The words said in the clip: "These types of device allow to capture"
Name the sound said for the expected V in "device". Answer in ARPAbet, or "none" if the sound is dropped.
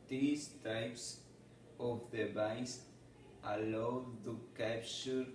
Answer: B